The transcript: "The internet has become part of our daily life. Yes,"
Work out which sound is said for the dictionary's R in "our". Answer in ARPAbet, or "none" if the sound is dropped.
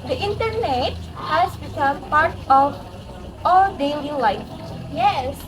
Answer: L